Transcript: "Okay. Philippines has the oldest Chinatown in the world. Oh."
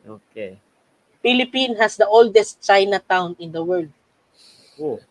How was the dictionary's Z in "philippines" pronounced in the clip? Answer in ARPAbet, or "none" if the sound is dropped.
none